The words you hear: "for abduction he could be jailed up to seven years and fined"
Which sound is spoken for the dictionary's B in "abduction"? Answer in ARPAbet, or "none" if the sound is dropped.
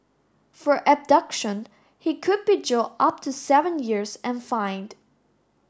B